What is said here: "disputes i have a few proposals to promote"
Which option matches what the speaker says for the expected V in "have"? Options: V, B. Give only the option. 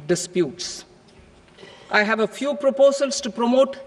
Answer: V